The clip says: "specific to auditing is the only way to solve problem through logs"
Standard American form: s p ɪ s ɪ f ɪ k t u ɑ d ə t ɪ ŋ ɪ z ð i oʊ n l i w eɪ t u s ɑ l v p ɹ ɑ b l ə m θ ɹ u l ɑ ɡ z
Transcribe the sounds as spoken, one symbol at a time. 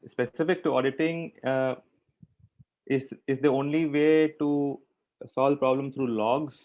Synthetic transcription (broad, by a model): s p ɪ s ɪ f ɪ k t u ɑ d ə t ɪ ŋ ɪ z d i oʊ n l i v eɪ t u s ɑ l v p ɹ ɑ b l ə m s ɹ u l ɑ ɡ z